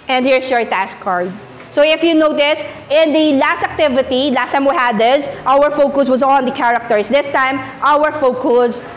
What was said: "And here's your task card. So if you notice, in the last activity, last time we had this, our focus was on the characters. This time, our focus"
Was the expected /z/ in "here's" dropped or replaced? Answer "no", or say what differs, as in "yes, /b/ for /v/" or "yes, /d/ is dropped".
yes, /s/ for /z/